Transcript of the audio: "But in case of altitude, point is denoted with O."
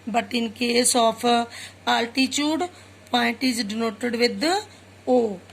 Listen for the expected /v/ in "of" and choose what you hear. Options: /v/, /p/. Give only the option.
/p/